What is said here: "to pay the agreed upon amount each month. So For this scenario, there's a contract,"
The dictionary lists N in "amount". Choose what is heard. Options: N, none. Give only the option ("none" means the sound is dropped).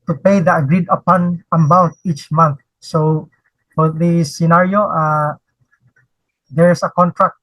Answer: none